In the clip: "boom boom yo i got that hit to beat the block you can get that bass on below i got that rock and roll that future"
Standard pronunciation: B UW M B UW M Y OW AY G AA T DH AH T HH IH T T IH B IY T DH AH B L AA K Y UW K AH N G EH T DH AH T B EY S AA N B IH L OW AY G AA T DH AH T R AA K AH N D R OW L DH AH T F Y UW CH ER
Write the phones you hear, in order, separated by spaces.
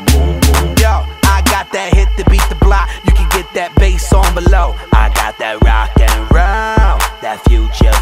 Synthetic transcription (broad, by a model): Y OW AY G AA T DH AH T HH IH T T IH B IY T DH AH B L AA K Y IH K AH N G EH T DH AH T B EY S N B IH L OW AY G AA T DH AH T R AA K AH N R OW N DH AH T F Y UW CH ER